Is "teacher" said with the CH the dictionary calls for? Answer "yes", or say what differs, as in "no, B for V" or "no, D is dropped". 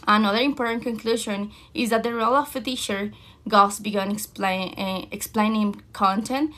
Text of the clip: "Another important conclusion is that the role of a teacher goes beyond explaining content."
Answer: no, SH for CH